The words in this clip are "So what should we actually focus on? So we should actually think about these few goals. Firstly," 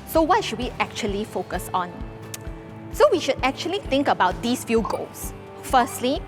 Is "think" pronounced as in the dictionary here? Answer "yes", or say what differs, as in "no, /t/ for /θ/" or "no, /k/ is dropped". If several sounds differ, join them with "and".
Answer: no, /t/ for /θ/